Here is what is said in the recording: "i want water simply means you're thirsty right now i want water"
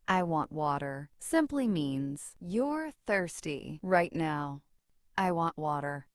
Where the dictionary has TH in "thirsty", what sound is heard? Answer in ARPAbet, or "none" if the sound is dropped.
TH